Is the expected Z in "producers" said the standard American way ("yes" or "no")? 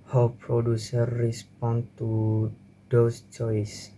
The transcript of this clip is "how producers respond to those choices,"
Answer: no